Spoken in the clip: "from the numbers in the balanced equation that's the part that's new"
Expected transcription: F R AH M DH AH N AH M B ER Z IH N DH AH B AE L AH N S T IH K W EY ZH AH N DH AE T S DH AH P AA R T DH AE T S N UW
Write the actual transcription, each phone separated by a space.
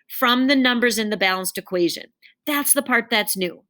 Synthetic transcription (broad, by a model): F R AH M DH AH N AH M B ER Z IH N DH AH B AE L AH N S T IH K W EY ZH AH N DH AE T S DH AH P AA R T DH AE T S N UW